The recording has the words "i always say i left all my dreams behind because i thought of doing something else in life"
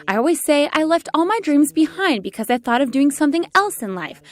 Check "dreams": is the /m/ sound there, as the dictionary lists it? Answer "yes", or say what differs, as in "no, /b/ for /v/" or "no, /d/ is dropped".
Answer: yes